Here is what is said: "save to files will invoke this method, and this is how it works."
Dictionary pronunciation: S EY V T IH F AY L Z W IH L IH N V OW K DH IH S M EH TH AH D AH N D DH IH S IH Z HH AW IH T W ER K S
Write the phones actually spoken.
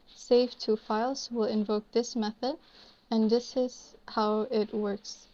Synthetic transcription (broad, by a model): S EY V T IH F AY L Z W IH L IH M V OW K DH IH S M EH TH AH D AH N DH IH S IH Z HH AW IH T W ER K S